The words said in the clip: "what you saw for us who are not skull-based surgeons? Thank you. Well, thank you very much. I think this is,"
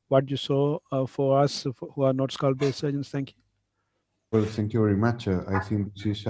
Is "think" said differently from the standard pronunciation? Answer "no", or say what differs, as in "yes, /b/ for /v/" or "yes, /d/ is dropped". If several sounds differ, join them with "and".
yes, /s/ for /θ/